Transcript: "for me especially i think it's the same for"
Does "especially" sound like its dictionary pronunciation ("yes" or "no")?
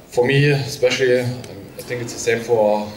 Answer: yes